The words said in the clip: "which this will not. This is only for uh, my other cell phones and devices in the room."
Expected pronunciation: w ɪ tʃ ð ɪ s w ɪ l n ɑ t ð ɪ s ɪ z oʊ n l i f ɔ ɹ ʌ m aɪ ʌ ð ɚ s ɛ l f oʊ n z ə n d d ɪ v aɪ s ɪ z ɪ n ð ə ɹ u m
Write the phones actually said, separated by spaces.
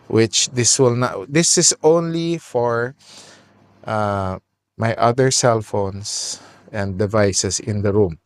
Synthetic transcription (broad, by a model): w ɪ tʃ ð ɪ s w ɪ l n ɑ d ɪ s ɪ s oʊ n l i f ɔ ɹ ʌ m aɪ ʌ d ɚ s ɛ l f oʊ n s ə n d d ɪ v aɪ s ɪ s ɪ n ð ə ɹ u m